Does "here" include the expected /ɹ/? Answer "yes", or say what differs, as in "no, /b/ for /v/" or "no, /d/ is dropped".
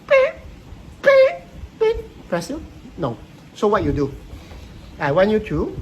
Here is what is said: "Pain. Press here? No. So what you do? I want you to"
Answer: no, /l/ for /ɹ/